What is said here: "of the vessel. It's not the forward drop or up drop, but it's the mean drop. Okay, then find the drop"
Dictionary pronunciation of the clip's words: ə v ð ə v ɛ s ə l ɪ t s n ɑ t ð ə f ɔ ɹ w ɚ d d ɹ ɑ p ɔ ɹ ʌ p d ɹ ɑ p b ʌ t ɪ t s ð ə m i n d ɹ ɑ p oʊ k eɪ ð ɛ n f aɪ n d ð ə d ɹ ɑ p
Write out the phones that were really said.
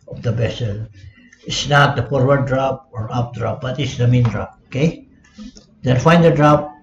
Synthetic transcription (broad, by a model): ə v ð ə b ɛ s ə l ɪ t s n ɑ t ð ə f ɔ ɹ w ɚ d d ɹ ɑ p ɔ ɹ ʌ p d ɹ ɑ p b ʌ t ɪ t s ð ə m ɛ n d ɹ ɑ p oʊ k eɪ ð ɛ n f aɪ n d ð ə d ɹ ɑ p